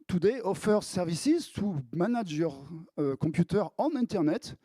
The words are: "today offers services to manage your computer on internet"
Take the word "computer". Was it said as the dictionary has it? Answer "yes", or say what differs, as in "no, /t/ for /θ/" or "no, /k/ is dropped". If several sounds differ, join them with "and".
no, /m/ is dropped